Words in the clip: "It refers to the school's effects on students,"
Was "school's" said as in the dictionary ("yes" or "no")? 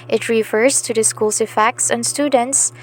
no